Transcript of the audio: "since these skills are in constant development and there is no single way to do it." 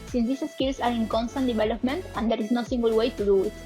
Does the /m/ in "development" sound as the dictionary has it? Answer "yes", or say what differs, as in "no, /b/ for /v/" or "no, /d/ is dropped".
yes